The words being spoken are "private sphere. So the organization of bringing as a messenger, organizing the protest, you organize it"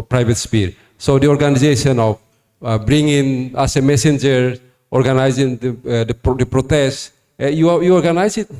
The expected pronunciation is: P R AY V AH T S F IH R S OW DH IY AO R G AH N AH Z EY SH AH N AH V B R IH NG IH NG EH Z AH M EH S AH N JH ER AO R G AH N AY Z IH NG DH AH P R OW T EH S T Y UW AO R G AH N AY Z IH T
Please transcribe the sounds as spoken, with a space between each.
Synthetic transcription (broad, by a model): P R AY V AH T S P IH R S OW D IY AO R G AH N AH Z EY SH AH N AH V B R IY NG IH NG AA S AH M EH S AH N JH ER AO R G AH N AY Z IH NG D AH P R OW T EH S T Y UW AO R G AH N AY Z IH T